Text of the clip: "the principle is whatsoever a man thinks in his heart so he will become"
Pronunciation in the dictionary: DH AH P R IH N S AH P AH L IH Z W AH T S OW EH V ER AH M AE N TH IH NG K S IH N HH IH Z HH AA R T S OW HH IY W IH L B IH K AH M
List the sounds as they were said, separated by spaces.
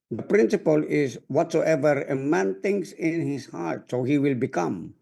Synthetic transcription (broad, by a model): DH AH P R IH N S AH P AH L IH Z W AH T S OW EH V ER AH M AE N T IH NG K S IH N HH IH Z HH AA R T S OW HH IY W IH L B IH K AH M